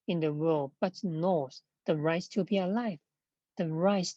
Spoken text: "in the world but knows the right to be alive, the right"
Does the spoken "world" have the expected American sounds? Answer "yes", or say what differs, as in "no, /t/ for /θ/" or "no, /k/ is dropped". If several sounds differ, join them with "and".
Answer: yes